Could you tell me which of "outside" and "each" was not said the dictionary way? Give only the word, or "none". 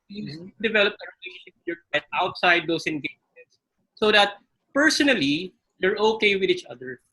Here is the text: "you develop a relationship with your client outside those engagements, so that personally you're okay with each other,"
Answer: none